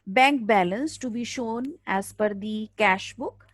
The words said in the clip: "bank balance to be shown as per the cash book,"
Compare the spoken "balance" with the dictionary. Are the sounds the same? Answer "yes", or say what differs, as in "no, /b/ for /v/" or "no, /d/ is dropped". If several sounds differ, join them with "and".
yes